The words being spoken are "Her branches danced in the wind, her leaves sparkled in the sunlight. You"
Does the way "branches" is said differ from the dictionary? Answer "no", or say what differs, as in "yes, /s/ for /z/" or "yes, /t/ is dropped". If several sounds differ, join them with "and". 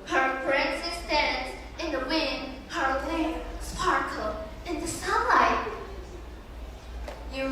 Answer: yes, /s/ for /tʃ/